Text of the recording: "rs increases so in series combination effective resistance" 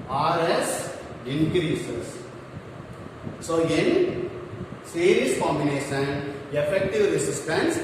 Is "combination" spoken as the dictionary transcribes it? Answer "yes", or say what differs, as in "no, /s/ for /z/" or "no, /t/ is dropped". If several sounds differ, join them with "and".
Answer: no, /b/ is dropped